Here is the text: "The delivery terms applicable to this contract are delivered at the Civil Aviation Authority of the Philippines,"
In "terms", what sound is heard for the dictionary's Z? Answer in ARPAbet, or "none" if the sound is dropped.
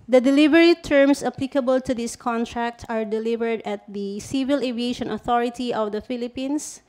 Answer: S